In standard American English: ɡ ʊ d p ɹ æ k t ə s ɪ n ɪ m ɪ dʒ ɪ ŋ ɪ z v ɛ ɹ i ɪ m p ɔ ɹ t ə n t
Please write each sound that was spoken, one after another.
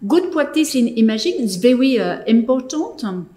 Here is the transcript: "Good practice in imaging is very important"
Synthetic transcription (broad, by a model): ɡ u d p w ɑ t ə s ɪ n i m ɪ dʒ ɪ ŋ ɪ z v ɛ ɹ i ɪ m p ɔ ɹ t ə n t